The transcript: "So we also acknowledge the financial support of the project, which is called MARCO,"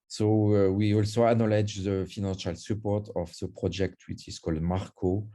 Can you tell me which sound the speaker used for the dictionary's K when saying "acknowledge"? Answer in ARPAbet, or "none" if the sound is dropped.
none